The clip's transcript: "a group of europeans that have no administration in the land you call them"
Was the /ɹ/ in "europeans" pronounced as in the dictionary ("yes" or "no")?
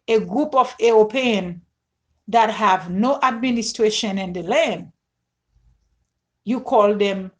no